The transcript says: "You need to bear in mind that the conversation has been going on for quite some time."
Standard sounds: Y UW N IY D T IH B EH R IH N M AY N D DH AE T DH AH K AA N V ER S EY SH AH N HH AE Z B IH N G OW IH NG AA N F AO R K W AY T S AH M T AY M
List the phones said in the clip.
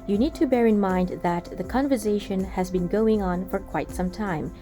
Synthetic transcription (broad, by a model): Y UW N IY D T IH B EH R IH N M AY N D DH AE T DH AH K AA N V ER S EY SH AH N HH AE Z B IH N G OW IH NG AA N F AO R K W AY T S AH M T AY M